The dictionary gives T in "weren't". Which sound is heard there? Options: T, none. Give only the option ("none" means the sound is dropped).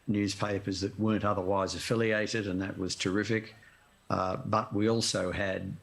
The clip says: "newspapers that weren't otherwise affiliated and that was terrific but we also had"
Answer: T